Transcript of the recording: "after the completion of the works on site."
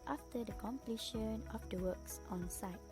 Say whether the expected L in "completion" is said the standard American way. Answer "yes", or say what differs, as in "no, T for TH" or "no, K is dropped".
yes